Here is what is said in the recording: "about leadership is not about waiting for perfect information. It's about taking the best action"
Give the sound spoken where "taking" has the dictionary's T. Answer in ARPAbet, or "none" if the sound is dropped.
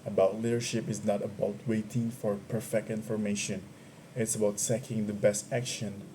S